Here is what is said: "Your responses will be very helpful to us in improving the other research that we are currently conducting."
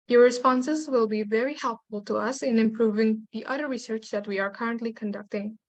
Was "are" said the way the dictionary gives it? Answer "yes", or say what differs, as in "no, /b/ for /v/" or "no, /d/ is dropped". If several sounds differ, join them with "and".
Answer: yes